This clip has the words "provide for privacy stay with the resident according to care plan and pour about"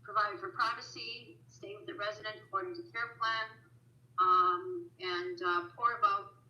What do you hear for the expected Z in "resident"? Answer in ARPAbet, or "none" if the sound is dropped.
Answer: Z